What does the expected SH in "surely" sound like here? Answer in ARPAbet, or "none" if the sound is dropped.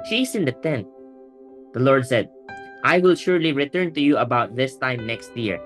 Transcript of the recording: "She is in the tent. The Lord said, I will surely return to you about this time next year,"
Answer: SH